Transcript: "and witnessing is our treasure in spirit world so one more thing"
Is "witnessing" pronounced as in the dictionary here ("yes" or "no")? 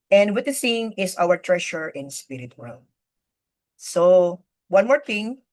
no